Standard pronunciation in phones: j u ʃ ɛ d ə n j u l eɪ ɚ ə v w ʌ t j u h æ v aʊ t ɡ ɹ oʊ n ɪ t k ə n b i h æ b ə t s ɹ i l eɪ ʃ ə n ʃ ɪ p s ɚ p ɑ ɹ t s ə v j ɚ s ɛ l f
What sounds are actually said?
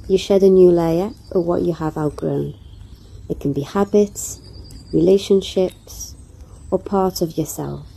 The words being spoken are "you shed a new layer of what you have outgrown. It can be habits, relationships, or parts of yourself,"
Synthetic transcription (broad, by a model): j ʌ ʃ ɛ d ə n j u l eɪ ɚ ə w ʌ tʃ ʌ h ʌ v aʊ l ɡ ɹ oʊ n ɪ t k ə n b i h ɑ b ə t s ɹ i l eɪ ʃ ə n ʃ ɪ p s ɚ p ɑ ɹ t ə v j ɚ s ɛ l f